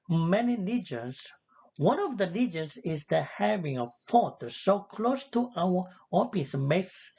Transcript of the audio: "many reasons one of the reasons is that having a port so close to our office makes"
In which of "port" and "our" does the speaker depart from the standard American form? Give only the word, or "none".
port